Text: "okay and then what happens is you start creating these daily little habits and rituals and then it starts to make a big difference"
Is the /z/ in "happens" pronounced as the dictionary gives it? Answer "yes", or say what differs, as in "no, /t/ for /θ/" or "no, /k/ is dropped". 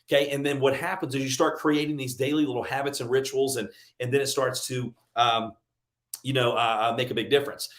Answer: yes